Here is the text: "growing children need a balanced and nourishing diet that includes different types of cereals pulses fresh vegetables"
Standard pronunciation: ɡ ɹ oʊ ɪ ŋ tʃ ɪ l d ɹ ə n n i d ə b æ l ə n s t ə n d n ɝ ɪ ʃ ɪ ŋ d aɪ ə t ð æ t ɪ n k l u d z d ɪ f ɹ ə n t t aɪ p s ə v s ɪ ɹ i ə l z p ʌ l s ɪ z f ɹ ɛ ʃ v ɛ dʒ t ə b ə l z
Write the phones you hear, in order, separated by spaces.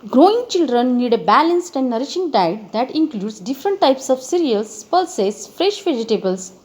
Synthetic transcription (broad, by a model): ɡ ɹ oʊ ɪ ŋ tʃ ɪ l d ɹ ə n n i d ə b æ l ə n s t ə n d n ɝ ɪ ʃ ɪ ŋ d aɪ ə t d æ t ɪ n k l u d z d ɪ f ɹ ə n t t aɪ p s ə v s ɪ ɹ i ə l s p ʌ l s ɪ s f ɹ ɛ ʃ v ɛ dʒ t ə b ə l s